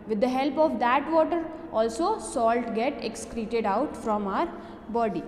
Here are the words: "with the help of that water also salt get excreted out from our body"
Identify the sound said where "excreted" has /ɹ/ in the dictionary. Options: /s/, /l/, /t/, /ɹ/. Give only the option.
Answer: /ɹ/